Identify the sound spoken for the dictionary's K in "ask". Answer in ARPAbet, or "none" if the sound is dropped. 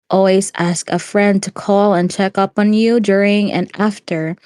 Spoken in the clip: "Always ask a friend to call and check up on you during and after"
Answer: K